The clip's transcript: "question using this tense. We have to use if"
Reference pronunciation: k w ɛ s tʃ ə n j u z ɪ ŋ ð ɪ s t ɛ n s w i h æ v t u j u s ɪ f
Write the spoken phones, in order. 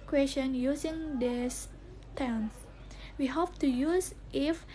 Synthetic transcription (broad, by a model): k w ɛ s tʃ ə n j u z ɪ ŋ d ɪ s t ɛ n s w i h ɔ p t u j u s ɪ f